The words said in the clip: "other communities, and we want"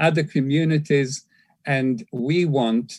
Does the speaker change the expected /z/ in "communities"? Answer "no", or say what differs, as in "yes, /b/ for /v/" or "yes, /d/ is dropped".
no